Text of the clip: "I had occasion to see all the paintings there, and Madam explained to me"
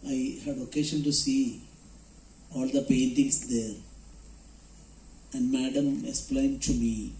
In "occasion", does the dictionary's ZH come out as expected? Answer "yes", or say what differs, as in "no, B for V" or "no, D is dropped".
no, SH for ZH